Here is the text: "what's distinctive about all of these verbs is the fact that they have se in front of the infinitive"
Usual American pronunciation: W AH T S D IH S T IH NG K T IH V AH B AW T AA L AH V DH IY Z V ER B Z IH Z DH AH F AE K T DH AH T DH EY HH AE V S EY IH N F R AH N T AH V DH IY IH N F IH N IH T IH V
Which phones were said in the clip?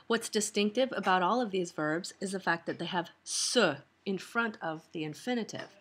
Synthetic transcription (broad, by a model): W AH T S D IH S T IH NG K T IH V AH B AW T AA L AH V DH IY Z V ER B Z IH Z DH AH F AE K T DH AH T DH EY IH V S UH IH N F R AH N T AH V DH IY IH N F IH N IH T IH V